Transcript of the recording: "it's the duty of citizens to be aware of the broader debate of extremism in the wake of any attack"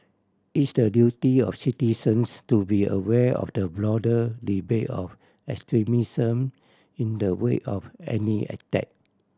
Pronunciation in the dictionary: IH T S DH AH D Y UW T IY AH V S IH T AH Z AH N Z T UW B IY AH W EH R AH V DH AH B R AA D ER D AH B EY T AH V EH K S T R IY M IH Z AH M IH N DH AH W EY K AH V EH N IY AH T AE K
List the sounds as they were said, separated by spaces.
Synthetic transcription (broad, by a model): IH T S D AH D Y UW T IY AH F S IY T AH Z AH N S T UW B IY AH W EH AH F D AH B L AA D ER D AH B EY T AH F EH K S T R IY M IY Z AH M IH N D AH W EY AH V EH N IY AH T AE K